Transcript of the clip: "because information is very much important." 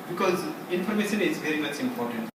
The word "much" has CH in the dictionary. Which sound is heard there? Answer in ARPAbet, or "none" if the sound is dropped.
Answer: S